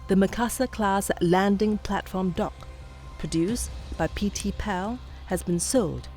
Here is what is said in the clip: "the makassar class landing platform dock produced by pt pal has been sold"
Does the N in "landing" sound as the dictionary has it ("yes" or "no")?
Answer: yes